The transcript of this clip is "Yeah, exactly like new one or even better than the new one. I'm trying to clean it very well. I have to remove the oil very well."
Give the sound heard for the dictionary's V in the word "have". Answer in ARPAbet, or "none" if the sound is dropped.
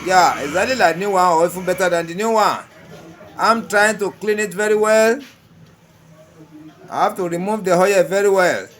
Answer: F